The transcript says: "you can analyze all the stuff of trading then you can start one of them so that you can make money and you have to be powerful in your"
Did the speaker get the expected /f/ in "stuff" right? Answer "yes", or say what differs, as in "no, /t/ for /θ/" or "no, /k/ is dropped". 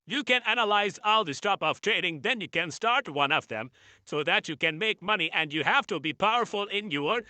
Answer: no, /p/ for /f/